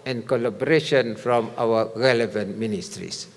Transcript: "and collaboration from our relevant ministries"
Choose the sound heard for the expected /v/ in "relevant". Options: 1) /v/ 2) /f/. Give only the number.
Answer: 1